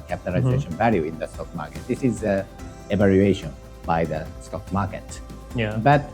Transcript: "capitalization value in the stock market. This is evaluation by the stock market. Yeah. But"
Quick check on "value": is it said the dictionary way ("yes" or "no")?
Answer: yes